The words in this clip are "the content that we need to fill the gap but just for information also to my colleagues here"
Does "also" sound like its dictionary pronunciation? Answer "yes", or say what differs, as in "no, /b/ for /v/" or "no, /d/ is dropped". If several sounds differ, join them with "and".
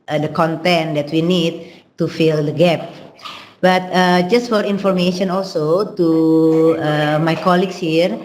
yes